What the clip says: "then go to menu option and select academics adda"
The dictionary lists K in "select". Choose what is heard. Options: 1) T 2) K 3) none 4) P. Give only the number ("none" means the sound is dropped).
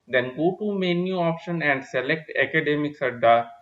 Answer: 2